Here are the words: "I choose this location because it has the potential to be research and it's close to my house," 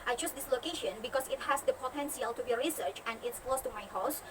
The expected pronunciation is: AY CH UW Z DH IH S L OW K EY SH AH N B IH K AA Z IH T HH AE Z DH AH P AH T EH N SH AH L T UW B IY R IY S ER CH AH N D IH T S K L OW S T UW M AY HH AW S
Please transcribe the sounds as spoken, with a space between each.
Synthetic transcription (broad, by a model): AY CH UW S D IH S L OW K EY SH AH N B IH K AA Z IH T HH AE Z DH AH P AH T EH N S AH L T UW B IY R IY S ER CH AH N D IH T S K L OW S T UW M AY HH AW S